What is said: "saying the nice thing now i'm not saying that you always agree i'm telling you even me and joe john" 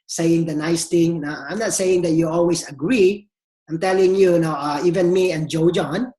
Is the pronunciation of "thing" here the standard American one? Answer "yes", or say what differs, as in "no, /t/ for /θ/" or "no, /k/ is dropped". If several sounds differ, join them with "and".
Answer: no, /t/ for /θ/